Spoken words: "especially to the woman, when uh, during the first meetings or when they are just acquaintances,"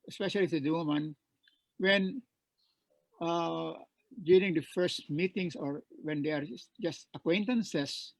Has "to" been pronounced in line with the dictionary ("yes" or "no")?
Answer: no